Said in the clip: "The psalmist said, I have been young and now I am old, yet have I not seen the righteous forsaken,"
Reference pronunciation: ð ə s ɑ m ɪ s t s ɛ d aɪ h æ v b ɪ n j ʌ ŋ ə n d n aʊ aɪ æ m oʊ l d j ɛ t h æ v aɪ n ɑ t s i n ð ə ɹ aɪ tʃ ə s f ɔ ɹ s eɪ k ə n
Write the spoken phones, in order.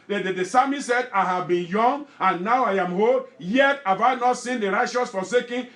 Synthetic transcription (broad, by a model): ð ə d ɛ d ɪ s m s ɛ d aɪ h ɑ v b ɪ n j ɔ ŋ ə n n aʊ aɪ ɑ m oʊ d j ɛ t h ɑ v aɪ n ɑ t s i n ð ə ɹ aɪ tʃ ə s f ɔ s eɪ k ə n